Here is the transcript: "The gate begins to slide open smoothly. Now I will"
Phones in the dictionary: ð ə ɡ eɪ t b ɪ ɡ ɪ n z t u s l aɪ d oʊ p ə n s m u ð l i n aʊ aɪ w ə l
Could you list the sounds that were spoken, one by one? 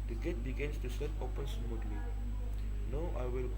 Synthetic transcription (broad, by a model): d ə ɡ eɪ t b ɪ ɡ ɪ n s t u s aɪ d oʊ p ə n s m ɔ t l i n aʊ aɪ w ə l